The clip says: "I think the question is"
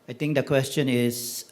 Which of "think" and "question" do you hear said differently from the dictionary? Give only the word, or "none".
think